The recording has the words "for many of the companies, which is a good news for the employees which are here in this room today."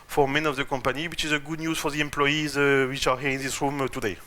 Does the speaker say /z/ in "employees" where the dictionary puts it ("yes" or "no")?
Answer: yes